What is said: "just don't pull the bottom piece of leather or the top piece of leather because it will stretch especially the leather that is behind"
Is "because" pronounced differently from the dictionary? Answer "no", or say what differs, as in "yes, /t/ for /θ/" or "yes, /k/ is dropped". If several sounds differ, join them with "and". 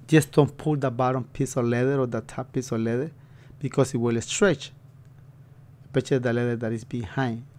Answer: yes, /s/ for /z/